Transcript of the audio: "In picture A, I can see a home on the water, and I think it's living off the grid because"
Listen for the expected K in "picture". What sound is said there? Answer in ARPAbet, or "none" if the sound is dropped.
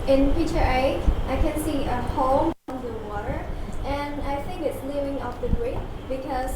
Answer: none